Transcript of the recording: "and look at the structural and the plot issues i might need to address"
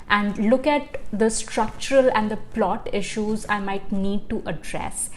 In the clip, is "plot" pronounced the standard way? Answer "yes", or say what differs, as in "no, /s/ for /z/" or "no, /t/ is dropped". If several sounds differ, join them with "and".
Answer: yes